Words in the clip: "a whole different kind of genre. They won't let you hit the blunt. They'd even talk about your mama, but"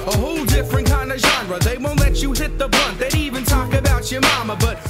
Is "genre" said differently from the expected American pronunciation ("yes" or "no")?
no